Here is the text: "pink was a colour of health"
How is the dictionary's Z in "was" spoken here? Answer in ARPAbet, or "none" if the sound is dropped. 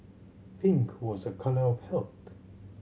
Z